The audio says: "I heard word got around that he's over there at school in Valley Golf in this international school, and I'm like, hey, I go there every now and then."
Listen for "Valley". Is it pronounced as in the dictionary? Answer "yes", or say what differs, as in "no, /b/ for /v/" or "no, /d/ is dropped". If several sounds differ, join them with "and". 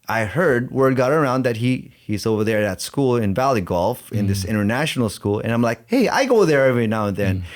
yes